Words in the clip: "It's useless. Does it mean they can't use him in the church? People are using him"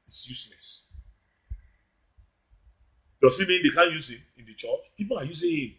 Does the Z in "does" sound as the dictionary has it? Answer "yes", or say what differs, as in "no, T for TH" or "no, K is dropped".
no, S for Z